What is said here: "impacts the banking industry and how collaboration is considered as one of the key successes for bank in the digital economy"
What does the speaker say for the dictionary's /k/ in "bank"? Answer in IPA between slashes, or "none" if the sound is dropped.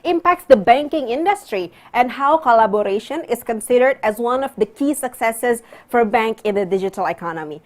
/k/